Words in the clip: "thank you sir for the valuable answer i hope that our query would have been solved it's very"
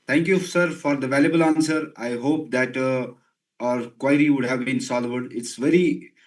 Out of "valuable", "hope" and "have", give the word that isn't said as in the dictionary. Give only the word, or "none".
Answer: none